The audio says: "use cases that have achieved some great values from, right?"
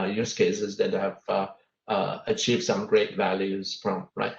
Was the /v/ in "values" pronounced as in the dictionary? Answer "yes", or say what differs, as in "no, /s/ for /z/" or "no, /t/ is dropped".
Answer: yes